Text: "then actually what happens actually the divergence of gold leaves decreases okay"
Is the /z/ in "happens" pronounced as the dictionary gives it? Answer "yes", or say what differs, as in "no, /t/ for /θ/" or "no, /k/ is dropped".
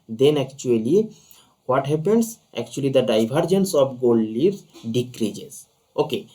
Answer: no, /s/ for /z/